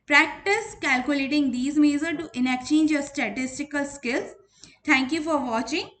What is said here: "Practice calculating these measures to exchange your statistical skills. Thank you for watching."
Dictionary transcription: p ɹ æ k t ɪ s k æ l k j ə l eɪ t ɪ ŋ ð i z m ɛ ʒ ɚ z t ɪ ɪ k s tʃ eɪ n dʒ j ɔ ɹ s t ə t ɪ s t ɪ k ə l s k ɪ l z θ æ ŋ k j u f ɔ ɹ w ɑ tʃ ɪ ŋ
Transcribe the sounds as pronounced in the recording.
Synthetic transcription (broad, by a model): p ɹ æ k t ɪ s k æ l k j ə l eɪ t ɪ ŋ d i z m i z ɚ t t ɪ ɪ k tʃ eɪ n dʒ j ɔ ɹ s t ə t ɪ s t ɪ k ə l s k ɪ l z t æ ŋ k j u f ɔ ɹ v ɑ tʃ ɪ ŋ